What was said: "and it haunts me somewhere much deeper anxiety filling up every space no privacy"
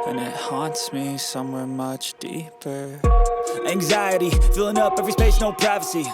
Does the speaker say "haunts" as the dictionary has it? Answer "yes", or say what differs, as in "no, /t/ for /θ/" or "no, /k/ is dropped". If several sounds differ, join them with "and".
yes